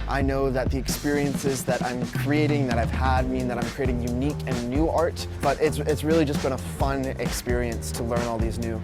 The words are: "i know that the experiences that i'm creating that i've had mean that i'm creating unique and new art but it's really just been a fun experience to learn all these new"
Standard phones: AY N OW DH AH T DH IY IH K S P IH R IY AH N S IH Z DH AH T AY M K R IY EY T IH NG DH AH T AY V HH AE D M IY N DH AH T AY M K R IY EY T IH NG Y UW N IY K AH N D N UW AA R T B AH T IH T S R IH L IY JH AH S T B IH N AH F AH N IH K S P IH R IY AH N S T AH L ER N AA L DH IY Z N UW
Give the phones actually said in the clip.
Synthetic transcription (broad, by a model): AY N OW DH AH T DH IY IH K S P IH R IY AH N S IH Z DH AH T AY M K R IY EY T IH NG DH AH T AY V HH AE D M IY N DH AH T AY M K R IY EY T IH NG Y UW N IY K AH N N UW AA R T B AH T IH T S R IH L IY JH AH S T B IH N AH F AH N IH K S P IH R IY AH N S T AH L ER N AA L DH IY Z N UW